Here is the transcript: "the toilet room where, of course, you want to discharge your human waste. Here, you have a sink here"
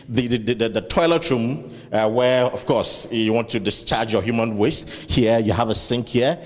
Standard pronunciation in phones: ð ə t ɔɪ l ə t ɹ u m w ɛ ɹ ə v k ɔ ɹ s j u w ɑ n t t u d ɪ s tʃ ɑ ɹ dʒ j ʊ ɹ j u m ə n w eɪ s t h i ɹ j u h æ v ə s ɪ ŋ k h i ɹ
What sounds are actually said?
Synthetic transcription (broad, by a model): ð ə t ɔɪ l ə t ɹ u m w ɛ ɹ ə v k ɔ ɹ s j u w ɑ n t t u d ɪ s tʃ ɑ ɹ dʒ j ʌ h j u m ə n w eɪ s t h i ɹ j u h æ v ə s ɪ ŋ k h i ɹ